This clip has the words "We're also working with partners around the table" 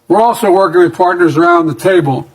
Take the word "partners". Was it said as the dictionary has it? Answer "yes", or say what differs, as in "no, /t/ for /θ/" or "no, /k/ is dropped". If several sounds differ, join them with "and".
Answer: yes